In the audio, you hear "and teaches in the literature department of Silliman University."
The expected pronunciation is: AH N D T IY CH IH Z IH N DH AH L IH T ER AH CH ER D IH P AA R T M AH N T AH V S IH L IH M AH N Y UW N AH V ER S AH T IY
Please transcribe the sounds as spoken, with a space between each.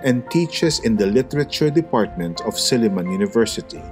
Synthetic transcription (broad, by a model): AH N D T IY CH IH S IH N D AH L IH T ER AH CH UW D IH P AA R T M AH N T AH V S IH L IH M AH N Y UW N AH V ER S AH T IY